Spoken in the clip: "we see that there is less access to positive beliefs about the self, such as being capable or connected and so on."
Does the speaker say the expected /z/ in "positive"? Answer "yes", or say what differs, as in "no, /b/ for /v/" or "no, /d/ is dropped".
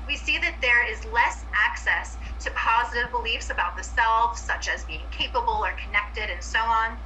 yes